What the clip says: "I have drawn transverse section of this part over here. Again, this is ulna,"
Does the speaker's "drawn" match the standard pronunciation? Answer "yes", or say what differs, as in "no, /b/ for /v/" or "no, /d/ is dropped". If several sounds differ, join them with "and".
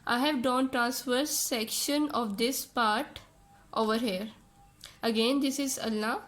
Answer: no, /ɹ/ is dropped